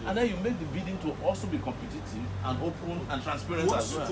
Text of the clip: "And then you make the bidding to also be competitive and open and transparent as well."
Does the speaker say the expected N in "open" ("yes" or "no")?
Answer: no